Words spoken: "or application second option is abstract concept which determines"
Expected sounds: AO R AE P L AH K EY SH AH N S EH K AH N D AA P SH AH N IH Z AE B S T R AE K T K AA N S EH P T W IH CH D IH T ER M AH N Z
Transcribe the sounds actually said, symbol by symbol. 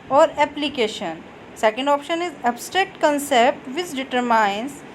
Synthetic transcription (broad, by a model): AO R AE P L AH K EY SH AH N S EH K AH N D AA P SH AH N IH Z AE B S T R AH K T K AA N S EH P T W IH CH D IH T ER M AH N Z